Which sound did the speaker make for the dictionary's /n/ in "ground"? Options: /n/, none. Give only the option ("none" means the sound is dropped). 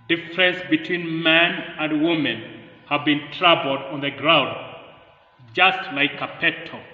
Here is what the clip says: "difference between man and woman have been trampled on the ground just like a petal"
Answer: /n/